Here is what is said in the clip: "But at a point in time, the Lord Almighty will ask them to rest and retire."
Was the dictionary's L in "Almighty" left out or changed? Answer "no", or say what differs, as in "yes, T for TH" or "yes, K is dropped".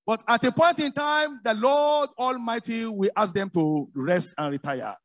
no